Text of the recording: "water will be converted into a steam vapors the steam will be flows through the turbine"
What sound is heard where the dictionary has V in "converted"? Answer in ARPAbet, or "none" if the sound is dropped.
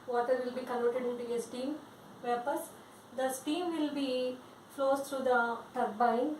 none